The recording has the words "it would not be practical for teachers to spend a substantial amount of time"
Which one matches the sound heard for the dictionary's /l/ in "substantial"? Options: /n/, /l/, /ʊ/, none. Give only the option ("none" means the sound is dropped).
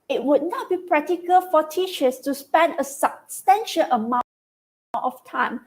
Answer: /n/